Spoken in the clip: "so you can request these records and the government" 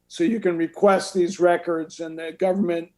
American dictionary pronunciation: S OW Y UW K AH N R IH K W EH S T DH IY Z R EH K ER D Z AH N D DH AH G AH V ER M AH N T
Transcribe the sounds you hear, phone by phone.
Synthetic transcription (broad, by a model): S OW Y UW K AH N R IH K W EH S T DH IY Z R EH K ER D Z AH N DH AH G AH V ER M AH N T